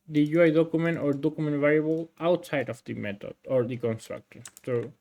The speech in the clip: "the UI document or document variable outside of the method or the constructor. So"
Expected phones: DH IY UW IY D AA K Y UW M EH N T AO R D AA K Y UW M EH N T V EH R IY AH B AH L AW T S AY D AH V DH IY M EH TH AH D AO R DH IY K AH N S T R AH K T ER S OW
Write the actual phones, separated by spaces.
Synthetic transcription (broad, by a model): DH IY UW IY D AA K Y UW M EH N T AO R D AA K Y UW M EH N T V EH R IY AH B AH L AW T S AY D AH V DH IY M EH T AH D AO R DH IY K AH N S T R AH K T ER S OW